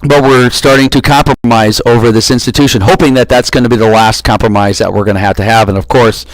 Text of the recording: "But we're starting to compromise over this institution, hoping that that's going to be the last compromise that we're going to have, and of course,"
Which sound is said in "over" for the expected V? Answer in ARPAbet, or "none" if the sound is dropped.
V